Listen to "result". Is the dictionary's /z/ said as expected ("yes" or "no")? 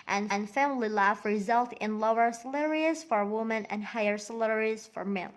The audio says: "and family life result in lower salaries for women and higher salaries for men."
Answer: yes